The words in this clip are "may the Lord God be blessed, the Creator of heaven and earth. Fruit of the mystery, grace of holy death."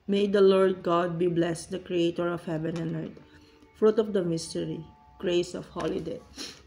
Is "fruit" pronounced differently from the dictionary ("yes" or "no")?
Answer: no